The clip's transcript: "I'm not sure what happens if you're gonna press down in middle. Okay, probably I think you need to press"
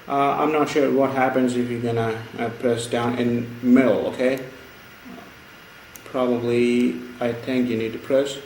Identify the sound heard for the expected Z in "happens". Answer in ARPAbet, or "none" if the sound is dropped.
Z